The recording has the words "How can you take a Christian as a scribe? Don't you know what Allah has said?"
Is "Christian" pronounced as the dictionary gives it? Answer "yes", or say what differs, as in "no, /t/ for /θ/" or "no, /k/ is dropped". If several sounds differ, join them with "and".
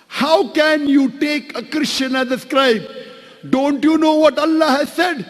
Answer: no, /ʃ/ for /s/